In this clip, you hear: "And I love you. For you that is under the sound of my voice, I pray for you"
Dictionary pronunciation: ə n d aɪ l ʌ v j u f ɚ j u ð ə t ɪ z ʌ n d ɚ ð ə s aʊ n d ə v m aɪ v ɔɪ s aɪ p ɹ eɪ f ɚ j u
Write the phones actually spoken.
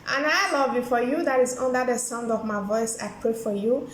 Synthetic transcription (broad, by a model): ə n aɪ l ʌ v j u f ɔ j u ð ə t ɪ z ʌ n d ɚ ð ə s aʊ n d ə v m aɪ v ɔɪ s aɪ p ɹ eɪ f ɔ j u